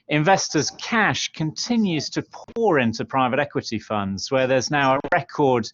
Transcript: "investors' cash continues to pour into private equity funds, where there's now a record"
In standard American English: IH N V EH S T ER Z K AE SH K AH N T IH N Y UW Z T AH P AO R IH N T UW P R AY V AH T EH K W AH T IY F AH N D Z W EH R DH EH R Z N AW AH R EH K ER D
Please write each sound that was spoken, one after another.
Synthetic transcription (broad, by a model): IH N V EH S T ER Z K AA SH K AH N T IH N Y UW Z T AH P AO R IH N T UW P R AY V AH T EH K W AH T IY F AH N D Z W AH DH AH Z N AW AH R EH K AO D